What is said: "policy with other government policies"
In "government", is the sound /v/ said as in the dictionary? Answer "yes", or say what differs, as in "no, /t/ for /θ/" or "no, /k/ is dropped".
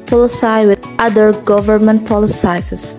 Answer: yes